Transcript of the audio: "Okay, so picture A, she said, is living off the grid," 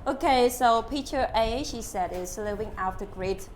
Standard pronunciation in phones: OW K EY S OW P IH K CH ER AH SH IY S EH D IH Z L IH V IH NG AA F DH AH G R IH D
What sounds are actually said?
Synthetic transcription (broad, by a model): OW K EY S OW P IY CH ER AH SH IY S EH D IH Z L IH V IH NG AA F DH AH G R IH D